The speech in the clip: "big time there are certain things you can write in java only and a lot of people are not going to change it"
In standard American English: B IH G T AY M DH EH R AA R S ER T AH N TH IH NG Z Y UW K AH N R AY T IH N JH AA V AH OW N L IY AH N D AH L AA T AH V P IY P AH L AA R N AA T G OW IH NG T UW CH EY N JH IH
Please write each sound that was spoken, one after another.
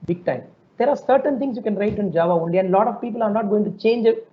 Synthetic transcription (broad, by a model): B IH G T AY M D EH R AA R S ER T AH N T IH NG S Y UW K AH N R AY T IH N JH AA V AH OW N L IY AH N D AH L AA T AH V P IY P AH L AA R N AA T G OW IH NG T UW CH EY N JH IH